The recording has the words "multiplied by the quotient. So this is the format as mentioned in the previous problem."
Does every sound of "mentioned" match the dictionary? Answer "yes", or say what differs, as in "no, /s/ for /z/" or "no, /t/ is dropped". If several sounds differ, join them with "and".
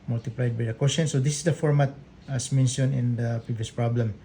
no, /d/ is dropped